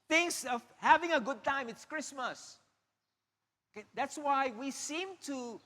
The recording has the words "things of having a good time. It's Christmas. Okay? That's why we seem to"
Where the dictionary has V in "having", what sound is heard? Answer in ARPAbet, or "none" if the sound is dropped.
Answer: V